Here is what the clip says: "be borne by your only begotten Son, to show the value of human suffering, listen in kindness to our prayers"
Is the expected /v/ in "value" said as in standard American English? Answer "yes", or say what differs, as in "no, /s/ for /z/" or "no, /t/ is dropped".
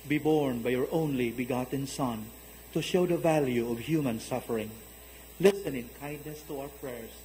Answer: yes